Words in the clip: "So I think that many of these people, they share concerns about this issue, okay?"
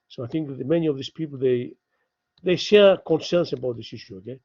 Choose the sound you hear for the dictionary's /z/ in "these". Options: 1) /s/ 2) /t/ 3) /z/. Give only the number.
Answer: 1